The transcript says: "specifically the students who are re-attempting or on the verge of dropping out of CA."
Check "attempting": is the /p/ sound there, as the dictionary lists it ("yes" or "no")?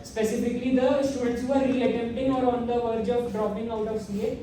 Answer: no